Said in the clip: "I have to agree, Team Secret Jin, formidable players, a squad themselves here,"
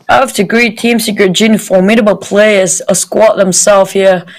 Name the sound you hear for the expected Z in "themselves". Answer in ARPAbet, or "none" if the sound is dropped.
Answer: none